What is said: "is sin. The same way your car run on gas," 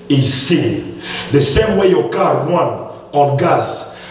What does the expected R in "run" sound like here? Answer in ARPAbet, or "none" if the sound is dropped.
W